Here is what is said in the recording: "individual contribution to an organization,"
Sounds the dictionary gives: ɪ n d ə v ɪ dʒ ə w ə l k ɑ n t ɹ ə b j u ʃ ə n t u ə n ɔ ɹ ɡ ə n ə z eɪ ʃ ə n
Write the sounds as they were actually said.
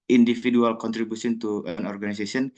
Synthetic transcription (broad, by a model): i n d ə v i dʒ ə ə l k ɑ n t ɹ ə b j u s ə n t u ə n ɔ ɹ ɡ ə n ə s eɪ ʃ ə n